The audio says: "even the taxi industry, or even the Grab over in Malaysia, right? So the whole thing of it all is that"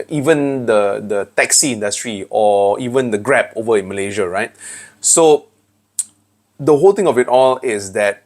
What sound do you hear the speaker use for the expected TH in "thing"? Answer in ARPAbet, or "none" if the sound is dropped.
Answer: T